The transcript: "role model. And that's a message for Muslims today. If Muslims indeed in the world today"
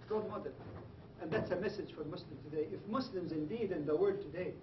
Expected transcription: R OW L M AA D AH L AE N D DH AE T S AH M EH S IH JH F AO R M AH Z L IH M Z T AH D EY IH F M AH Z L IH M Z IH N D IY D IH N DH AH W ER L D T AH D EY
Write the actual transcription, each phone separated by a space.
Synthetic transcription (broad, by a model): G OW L M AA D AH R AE N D DH AE T S AH M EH S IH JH F AO R M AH S L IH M T AH D EY IH F M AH S L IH M Z IH N D IY D IH N DH AH W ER D T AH D EY